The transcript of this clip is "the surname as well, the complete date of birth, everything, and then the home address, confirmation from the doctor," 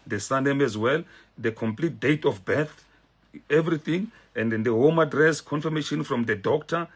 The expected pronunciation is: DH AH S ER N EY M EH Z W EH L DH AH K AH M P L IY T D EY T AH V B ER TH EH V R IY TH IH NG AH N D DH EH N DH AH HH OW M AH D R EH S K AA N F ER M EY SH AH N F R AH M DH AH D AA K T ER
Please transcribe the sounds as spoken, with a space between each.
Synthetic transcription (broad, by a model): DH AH S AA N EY M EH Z W EH L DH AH K AH M P L IY T D EY T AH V B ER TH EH V R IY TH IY NG AH N D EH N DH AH HH OW M AH D R EH S K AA N F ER M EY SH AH N F R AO M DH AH D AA K T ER